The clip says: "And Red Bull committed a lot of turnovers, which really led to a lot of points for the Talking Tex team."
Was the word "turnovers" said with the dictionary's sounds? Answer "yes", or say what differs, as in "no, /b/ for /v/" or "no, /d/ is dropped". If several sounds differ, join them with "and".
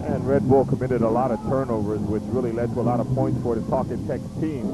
yes